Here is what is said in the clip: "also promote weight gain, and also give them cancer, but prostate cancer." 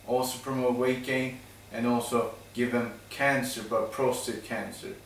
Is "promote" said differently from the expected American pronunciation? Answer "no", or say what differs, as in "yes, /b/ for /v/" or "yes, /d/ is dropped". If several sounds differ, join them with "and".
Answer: yes, /f/ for /p/